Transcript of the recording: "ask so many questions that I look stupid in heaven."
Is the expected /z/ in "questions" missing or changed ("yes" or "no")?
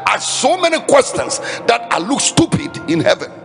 yes